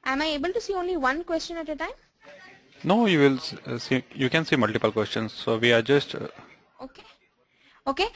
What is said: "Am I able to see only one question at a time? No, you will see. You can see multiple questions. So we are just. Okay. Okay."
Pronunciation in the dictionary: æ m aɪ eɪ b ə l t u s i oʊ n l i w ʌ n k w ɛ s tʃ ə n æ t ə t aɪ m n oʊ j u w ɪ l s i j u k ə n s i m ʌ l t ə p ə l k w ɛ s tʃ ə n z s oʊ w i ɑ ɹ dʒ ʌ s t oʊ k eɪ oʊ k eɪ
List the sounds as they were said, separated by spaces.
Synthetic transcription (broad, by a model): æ m aɪ eɪ b ə l t u s i oʊ n l i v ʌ n k w ɛ s tʃ ə n æ t ə t aɪ m n oʊ j u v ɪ l s i j u k ə n s i m ʌ l t ə p ə l k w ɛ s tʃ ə n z s oʊ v i ɑ ɹ dʒ ʌ s t oʊ k eɪ oʊ k eɪ